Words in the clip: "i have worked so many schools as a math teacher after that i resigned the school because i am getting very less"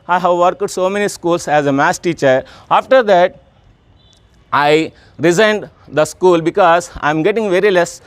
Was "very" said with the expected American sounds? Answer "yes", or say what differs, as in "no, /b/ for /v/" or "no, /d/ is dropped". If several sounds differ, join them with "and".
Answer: yes